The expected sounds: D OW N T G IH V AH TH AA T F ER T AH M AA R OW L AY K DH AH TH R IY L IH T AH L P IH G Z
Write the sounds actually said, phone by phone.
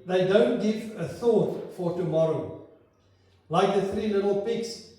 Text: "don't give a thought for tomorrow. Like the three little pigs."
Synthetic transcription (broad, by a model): D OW N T G IH V AH TH AA T F ER T AH M AA R OW L AY K DH AH TH R IY N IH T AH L P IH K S